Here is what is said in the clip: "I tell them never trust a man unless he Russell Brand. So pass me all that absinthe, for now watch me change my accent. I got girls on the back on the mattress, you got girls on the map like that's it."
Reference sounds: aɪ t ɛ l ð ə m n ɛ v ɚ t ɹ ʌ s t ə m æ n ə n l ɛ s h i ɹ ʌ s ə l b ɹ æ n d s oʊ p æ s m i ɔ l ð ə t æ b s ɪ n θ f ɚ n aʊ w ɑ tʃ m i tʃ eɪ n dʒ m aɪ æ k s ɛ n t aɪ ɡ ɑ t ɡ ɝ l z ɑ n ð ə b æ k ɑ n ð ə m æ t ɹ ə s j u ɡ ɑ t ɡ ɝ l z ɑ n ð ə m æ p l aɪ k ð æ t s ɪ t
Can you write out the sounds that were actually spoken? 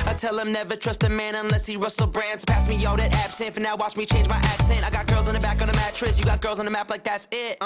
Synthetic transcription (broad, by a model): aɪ t ɛ l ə m n ɛ v ɚ t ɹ ʌ s t ə m æ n ə n l ɛ s h i ɹ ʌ s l b ɹ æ n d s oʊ p æ s m i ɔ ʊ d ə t æ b s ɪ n t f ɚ n aʊ w ɑ tʃ m i tʃ eɪ n dʒ m aɪ æ k s ɛ n t aɪ ɡ ɑ t ɡ ɝ l z n ð ə b æ k n ð ə m æ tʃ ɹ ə s j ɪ ɡ ɑ t ɡ ɝ l z n ð ə m æ p l aɪ k ð æ t s ɪ t